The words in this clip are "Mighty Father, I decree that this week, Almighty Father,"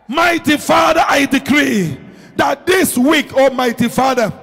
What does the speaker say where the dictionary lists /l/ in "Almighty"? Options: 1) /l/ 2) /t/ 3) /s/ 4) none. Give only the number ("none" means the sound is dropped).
4